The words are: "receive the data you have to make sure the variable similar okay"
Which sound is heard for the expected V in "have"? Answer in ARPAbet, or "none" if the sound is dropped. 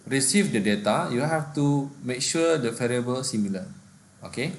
F